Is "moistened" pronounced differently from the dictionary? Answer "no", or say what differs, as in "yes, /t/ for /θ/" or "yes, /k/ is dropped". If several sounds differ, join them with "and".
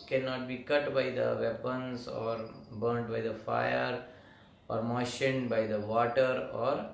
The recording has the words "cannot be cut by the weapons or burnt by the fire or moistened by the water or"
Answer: yes, /ʃ/ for /s/